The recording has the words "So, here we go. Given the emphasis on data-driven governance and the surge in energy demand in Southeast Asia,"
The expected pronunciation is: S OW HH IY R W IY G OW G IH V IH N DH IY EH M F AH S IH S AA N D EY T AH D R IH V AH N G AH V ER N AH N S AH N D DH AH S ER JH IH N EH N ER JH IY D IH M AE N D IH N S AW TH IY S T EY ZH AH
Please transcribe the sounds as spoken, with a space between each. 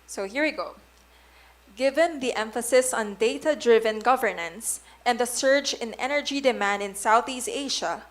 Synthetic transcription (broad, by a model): S OW HH IY R W IY G OW G IH V IH N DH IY EH M F AH S IH S AA N D EY T AH D R IH V AH N G AH V ER N AH N S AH N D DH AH S ER JH IH N EH N ER JH IY D IH M AE N D IH N S AW TH IY S T EY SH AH